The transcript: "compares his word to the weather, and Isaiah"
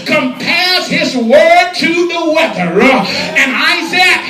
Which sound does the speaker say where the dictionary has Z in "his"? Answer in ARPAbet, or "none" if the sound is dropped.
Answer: Z